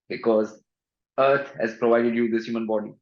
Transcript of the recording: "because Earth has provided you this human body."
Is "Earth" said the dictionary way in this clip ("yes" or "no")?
no